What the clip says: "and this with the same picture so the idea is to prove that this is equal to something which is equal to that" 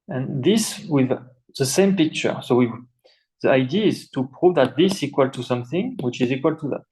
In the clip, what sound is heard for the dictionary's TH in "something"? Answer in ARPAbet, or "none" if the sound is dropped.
TH